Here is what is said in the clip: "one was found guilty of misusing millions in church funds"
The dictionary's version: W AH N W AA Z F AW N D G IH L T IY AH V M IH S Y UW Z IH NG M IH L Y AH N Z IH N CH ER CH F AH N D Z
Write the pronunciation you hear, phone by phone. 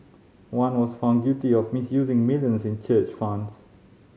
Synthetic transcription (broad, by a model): W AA N W AA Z F AW N D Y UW T IY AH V M IH S Y UW Z IH NG M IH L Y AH N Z IH N CH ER CH F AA N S